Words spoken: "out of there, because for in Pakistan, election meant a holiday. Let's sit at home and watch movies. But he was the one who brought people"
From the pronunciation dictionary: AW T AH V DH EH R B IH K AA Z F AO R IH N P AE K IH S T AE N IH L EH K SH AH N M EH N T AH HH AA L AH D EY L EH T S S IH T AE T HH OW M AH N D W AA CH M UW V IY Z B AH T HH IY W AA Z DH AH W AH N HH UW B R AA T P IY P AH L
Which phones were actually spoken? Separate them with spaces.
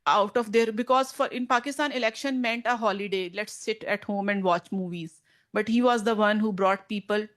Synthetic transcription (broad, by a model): AW T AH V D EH R B IH K AA Z F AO R IH N P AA K IH S T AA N IH L EH K SH AH N M EH N T AH HH AA L AH D EY L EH T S S IH T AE T HH OW M AH N D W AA CH M UW V IY Z B AH T HH IY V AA Z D AH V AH N HH UW B R AA T P IY P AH L